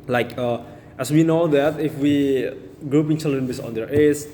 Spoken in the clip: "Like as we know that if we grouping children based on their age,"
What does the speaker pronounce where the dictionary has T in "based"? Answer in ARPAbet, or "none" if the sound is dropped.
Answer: none